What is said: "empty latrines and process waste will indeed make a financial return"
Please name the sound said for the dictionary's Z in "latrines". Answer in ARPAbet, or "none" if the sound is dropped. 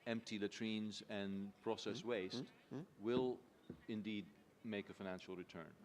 Z